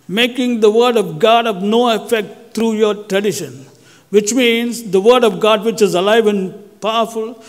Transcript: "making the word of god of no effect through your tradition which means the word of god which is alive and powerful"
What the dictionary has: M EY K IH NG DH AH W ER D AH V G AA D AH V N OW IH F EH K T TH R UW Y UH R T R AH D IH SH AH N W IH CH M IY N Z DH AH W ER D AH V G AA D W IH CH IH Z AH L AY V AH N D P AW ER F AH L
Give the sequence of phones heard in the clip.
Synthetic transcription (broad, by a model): M EY K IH NG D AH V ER D AH V G AA D AH V N OW IH F EH K T T R UW Y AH R T R AH D IH SH AH N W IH CH M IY N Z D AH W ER D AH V G AA D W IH CH IH Z AH L AY V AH N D P AW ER F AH L